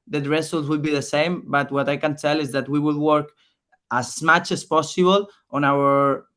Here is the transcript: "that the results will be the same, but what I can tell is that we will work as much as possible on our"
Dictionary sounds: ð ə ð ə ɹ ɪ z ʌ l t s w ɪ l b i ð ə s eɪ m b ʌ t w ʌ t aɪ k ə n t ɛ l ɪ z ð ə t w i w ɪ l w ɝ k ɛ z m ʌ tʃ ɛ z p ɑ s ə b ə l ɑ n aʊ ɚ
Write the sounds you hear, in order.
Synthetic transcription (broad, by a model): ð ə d ɹ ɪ s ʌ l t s w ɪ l b i ð ə s eɪ m b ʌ t w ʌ t aɪ k ə n t ɛ l ɪ z ð ə t w i w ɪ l w ɝ k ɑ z m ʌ tʃ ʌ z p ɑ s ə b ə l ɑ n aʊ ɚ